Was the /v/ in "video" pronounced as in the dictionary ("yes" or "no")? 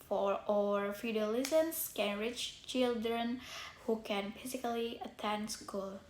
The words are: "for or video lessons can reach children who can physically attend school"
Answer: no